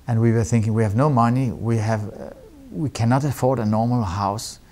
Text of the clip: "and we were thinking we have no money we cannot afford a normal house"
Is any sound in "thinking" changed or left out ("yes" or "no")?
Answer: no